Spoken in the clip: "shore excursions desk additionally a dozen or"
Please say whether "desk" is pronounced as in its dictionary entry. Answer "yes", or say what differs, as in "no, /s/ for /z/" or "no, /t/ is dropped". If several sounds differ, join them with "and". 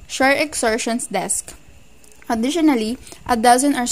yes